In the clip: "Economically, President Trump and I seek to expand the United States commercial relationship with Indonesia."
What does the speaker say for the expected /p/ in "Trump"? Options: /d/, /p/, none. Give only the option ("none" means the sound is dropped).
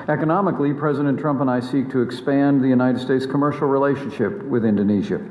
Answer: /p/